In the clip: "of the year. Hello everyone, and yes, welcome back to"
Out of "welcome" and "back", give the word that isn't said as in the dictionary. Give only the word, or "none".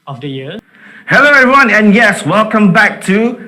none